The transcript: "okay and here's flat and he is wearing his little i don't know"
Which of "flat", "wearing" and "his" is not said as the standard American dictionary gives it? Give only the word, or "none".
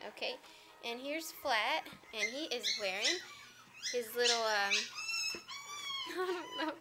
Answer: none